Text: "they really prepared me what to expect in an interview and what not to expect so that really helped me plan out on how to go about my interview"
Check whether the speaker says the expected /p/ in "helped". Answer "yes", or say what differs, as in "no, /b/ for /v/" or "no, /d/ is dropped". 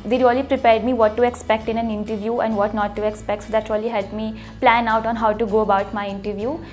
no, /p/ is dropped